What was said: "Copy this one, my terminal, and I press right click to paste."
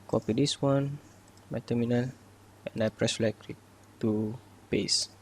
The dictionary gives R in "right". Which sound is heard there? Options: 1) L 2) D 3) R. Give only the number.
1